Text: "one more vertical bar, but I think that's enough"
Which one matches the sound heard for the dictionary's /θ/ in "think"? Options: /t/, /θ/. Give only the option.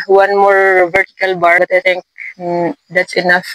/t/